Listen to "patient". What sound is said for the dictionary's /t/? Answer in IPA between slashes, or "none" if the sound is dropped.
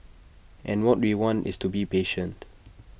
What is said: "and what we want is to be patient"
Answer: /t/